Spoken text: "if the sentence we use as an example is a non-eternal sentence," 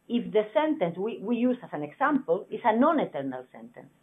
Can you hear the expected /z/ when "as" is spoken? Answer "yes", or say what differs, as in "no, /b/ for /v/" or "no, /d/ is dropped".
no, /s/ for /z/